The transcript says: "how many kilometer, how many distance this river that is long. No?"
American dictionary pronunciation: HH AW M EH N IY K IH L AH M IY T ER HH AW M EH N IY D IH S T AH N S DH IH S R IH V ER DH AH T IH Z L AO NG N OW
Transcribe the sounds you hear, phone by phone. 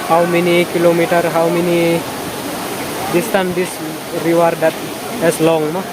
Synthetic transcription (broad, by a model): HH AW M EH N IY K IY L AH M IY T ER HH AW M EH N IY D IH S T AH N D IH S R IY W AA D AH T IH S L AO NG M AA